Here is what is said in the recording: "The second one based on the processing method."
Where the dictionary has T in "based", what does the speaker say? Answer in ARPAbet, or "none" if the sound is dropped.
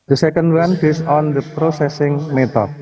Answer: none